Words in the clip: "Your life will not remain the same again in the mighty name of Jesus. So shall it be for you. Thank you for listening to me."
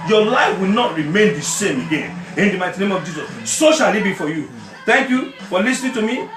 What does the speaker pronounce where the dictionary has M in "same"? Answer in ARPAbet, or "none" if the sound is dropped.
M